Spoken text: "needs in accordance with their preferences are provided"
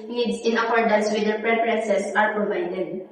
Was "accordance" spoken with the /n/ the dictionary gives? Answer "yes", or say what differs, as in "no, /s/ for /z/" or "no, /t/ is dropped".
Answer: no, /n/ is dropped